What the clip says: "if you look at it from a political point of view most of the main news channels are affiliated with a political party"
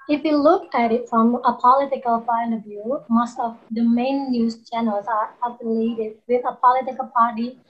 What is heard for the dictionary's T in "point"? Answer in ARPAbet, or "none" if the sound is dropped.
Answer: none